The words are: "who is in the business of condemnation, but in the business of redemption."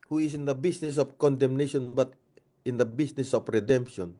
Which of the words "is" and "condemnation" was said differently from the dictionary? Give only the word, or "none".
is